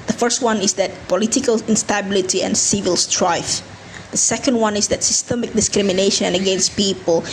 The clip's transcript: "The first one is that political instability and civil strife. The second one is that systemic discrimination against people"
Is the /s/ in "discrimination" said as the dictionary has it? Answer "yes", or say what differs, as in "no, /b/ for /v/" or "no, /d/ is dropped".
yes